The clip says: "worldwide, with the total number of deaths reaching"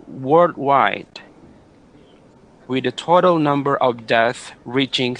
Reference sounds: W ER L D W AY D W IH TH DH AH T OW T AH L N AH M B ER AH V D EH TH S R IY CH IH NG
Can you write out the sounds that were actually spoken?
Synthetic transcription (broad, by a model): W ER L D W AY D W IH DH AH T OW T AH L N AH M B ER AH V D EH TH R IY CH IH NG